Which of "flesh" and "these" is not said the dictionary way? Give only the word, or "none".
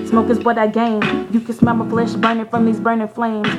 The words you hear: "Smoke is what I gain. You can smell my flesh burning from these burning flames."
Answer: none